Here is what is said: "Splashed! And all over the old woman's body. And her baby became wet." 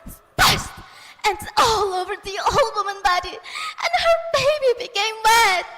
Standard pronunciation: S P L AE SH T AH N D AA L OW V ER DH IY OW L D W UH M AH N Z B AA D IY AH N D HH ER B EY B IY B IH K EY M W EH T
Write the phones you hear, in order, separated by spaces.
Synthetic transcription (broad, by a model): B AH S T T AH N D AA L OW V ER DH IY OW L D W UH M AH N B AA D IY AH N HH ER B EY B IY B IH K EY M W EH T